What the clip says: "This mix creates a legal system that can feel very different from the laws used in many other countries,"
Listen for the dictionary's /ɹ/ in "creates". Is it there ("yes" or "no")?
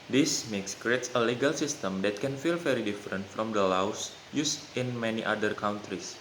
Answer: yes